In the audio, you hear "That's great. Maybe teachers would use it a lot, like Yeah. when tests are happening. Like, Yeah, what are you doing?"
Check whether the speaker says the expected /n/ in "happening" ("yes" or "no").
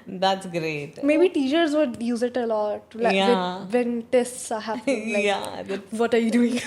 no